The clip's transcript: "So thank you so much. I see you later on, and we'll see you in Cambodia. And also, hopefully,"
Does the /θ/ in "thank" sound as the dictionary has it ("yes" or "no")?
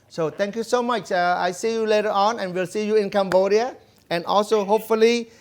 no